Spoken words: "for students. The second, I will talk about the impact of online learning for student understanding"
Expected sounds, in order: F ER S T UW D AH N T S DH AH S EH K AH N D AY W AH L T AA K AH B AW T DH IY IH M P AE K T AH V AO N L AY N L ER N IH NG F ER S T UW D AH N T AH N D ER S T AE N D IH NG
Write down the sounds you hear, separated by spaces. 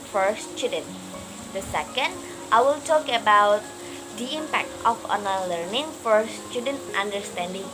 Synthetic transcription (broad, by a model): F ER S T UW D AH N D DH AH S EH K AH N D AY W AH L T AA K AH B AW T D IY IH M P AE K T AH F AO N AY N L ER N IH NG F ER S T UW D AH N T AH N D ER S T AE N D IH NG